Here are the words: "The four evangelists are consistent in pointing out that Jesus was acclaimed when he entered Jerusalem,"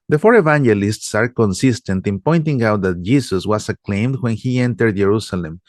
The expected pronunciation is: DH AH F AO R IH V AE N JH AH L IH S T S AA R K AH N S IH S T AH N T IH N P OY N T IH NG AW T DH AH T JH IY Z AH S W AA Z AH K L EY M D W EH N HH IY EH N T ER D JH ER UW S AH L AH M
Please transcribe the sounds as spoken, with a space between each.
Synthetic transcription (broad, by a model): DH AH F AO R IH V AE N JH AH L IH S T S AA R K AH N S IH S T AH N T IH N P OY N T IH NG AW T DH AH T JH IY S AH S W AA S AH K L EY M D W EH N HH IY EH N T ER D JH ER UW S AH L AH M